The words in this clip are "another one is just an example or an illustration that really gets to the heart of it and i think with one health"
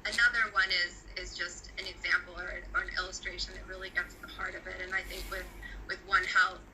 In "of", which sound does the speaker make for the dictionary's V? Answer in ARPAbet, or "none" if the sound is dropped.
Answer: V